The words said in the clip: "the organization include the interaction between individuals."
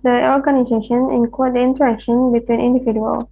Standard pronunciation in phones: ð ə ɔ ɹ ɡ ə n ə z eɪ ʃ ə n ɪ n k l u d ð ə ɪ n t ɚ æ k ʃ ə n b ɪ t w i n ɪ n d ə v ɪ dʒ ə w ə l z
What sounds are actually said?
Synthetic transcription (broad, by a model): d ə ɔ ɹ ɡ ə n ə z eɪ ʃ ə n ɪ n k ɔ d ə ɪ n t ɚ æ k ʃ ə n b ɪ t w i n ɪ n d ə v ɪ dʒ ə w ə l